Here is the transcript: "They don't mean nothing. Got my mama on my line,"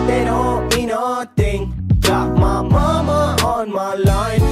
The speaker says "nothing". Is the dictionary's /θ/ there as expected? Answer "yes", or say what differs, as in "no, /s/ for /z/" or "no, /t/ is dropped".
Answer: no, /t/ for /θ/